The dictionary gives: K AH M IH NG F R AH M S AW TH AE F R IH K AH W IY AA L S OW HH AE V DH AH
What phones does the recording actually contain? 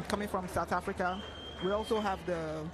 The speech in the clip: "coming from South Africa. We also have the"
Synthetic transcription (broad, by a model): K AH M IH NG F R AH M S AW TH AE F R IH K AH W IY AA L S OW HH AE V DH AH